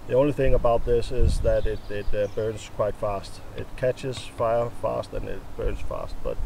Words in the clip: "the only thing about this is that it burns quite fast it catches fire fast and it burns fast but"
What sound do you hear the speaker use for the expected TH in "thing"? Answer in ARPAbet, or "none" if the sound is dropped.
TH